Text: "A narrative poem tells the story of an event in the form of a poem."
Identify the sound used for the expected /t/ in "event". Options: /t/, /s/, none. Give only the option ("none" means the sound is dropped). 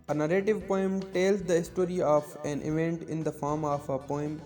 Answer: /t/